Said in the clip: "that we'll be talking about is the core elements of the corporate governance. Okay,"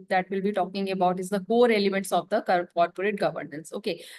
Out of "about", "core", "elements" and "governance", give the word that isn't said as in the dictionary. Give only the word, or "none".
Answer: none